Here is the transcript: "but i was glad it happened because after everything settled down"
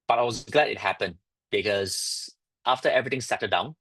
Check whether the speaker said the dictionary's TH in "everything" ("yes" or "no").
no